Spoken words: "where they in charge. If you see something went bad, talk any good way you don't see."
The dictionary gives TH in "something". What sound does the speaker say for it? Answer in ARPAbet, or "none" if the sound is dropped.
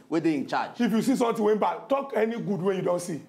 T